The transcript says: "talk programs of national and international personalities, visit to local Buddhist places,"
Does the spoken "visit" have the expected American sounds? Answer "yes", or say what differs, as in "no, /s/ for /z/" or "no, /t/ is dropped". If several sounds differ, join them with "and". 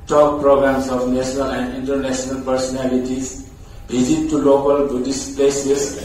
no, /b/ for /v/